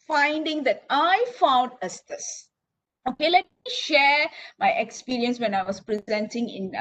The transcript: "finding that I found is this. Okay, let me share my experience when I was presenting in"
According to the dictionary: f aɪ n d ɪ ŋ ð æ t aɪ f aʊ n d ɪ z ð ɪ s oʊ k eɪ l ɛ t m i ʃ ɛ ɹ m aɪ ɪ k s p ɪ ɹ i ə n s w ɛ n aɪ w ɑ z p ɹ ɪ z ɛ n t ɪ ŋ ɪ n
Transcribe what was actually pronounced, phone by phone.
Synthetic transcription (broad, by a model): f aɪ n d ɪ ŋ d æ t aɪ f aʊ n d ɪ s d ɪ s oʊ k eɪ l ɛ t m i ʃ ɛ ɹ m aɪ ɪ k s p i ɹ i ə n s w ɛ n aɪ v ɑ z p ɹ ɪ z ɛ n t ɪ ŋ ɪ n